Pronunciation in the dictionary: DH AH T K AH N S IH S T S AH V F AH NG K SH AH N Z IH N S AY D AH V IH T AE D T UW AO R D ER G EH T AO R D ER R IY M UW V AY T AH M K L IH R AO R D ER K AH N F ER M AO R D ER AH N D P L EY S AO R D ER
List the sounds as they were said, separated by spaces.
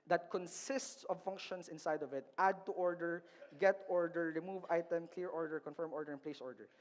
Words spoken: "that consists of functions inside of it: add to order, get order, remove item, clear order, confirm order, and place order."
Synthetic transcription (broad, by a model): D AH T K AH N S IH S T S AH V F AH NG K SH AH N S IH N S AY D AH V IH T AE D T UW AO R D ER G EH T AO R D ER R IY M UW V AY T AH M K L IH R AO R D ER K AH N F ER M AO R D ER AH N P L EY S AO R D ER